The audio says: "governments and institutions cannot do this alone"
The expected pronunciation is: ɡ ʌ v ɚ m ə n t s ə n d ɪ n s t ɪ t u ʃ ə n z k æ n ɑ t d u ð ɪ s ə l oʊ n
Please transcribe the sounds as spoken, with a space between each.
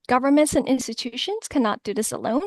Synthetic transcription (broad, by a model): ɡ ʌ v ɚ m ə n t s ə n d ɪ n s t ɪ t u ʃ ə n z k æ n ɑ t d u ð ɪ s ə l oʊ n